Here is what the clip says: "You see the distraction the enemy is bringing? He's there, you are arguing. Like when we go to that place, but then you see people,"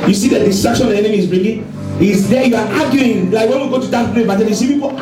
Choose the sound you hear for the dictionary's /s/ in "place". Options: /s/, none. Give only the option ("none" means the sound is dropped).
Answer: none